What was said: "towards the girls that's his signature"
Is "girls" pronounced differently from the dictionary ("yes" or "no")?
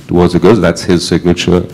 yes